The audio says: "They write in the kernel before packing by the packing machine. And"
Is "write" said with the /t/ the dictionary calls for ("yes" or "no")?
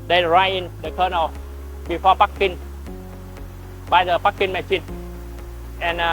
no